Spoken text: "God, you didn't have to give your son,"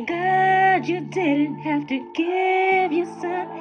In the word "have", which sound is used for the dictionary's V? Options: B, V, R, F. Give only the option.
F